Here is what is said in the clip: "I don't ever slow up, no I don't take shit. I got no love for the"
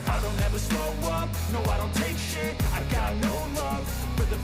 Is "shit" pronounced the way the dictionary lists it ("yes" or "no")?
no